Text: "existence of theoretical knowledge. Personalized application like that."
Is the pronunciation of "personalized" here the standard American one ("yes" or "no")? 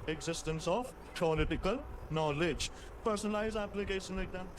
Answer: no